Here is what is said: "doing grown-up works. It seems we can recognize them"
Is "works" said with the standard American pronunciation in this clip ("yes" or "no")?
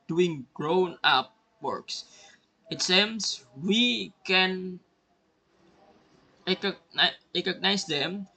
yes